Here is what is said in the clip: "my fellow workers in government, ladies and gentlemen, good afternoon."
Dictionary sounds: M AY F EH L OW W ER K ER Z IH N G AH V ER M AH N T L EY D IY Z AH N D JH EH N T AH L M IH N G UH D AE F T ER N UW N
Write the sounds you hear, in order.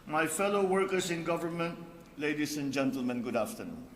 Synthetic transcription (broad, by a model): M AY F EH L OW W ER K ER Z IH N G AH V ER M AH N T L EY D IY S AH N JH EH N T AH L M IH N G UH D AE F T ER N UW N